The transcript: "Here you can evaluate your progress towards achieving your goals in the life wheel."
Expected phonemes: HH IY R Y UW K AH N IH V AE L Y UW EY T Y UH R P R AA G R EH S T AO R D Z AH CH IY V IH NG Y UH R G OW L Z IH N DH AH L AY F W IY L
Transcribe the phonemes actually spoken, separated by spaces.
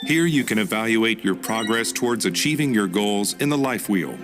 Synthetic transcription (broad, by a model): HH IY R Y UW K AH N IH V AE L Y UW EY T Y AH R P R AA G R EH S T AO R D Z AH CH IY V IH NG Y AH R G OW L Z IH N DH AH L AY F W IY L